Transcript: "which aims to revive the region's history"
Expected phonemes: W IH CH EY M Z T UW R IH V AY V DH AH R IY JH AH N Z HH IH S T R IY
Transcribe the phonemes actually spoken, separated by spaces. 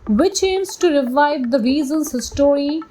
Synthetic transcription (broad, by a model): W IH CH EY M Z T UW R IH V AY V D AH R IY Z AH N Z HH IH S T R IY